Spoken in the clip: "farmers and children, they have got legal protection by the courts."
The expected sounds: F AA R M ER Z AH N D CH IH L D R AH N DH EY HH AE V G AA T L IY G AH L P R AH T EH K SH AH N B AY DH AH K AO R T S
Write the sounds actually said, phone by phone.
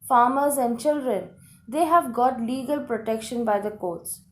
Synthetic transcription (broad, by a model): F AA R M ER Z AH N D CH IH L D R AH N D EY HH AE V G AA T L IY G AH L P R AH T EH K SH AH N B AY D AH K AO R T S